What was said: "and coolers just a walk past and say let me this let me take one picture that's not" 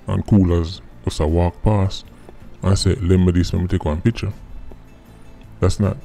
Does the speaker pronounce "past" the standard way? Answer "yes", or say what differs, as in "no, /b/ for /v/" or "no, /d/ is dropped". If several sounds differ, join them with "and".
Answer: no, /t/ is dropped